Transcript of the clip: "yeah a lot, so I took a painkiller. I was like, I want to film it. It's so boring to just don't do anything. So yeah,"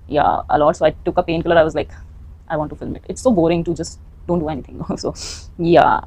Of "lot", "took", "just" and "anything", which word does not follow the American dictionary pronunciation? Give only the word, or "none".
anything